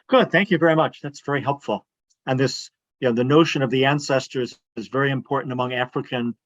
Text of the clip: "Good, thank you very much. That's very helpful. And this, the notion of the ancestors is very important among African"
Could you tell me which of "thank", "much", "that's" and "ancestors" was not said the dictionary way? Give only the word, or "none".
none